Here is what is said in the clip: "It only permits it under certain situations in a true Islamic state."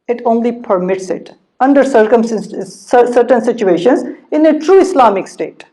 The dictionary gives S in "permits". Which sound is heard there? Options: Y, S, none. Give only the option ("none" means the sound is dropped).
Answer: S